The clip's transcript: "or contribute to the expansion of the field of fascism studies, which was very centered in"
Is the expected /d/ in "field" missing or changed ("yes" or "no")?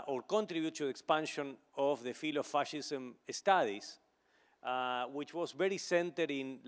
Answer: yes